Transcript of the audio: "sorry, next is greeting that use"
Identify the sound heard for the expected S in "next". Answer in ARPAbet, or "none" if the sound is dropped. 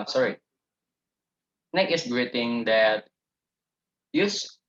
none